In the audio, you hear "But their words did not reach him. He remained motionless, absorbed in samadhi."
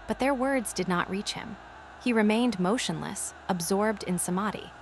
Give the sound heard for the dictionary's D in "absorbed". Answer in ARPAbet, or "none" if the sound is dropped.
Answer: D